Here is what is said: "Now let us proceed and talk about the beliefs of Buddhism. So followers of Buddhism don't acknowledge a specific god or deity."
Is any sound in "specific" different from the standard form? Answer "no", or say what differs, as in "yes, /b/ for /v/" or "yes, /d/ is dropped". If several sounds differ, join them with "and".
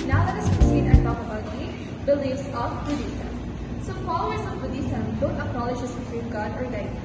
yes, /p/ is dropped